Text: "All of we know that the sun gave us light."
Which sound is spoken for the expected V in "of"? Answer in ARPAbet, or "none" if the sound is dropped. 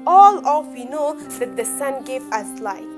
F